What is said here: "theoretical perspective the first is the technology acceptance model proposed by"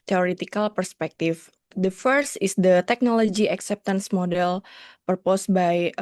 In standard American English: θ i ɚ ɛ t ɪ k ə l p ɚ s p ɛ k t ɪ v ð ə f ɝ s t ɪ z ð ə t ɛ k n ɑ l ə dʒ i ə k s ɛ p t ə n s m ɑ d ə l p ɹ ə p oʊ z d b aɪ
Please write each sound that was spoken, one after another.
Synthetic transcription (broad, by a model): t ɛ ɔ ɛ t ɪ k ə l p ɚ s p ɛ k t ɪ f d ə f ɝ s t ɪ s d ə t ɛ k n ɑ l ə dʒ i ə k s ɛ p t ə n s m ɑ d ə l p ɹ p oʊ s b aɪ